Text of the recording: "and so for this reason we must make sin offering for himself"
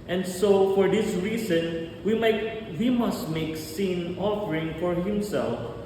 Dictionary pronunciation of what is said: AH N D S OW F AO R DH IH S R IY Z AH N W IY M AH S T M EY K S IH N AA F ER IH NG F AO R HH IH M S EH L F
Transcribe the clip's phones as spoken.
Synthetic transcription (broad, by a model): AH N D S OW F AO R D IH S R IY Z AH N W IY M AH S T M EY K S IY N AA F ER IH NG F AO R HH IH M S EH L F